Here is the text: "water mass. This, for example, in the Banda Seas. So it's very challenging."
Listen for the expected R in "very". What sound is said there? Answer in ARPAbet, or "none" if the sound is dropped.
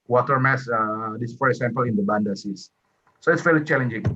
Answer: L